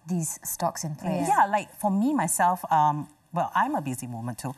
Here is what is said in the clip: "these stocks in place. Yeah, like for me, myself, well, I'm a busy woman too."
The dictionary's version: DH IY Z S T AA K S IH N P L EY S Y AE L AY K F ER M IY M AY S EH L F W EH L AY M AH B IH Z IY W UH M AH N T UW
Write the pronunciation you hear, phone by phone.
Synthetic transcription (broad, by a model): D IY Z S T AA K S IH N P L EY Y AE L AY K F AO M IY M AY S EH L F W EH L AY M AH B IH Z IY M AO M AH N T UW